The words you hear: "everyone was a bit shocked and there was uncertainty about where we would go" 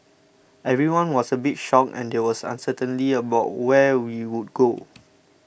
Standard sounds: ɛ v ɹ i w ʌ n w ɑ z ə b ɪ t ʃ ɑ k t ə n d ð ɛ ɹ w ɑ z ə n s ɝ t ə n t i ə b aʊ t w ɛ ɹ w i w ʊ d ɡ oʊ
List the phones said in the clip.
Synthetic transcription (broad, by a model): ɛ v ɹ i w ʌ n w ɑ s ə b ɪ t ʃ ɑ k ə n d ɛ w ɑ s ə n s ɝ t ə n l i ə b aʊ t w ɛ w i w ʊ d ɡ oʊ